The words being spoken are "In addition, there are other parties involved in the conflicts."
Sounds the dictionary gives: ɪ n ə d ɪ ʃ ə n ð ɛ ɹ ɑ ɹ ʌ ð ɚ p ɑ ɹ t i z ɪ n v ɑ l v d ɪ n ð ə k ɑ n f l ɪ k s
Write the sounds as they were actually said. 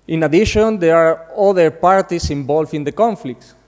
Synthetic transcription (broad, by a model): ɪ n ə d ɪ ʃ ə n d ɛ ɹ ɑ ɹ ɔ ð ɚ p ɑ ɹ t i s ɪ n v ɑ l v ɪ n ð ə k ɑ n f l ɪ k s